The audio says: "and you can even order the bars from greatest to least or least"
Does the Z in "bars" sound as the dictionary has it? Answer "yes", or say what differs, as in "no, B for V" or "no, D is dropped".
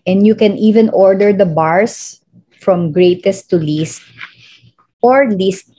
no, S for Z